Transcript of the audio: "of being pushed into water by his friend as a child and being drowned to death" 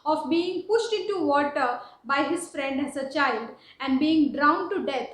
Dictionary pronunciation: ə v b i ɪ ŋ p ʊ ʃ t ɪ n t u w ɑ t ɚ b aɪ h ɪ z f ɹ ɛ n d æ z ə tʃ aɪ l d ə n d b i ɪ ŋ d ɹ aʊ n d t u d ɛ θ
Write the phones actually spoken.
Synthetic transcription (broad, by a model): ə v b i ɪ ŋ p ʊ ʃ t ɪ n t u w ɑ t ɚ b aɪ h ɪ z f ɹ ɛ n d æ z ə tʃ aɪ l d ə n d b i ɪ ŋ d ɹ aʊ n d t u d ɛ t